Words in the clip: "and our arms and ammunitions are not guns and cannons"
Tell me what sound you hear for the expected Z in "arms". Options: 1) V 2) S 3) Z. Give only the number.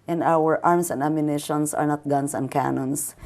2